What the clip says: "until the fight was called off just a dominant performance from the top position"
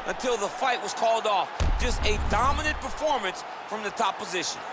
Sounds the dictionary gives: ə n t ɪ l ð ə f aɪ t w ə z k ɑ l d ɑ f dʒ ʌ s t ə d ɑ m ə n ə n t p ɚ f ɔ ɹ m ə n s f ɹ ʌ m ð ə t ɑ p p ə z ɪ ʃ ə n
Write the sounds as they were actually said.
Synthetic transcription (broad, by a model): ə n t ɪ l ð ə f aɪ t w ə z k ɑ l d ɑ f dʒ ʌ s t ə d ɑ m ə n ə n p ɚ f ɔ ɹ m ə n s f ɹ ʌ m ð ə t ɑ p p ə z ɪ ʃ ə n